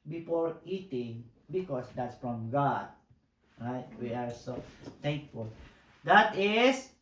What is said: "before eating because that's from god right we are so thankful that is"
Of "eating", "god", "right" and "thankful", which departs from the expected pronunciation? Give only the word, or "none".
thankful